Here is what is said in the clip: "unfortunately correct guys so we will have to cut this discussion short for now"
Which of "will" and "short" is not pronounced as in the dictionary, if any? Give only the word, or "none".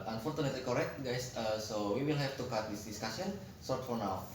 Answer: short